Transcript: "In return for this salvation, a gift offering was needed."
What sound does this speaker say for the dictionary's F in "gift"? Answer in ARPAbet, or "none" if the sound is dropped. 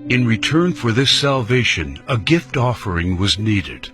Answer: F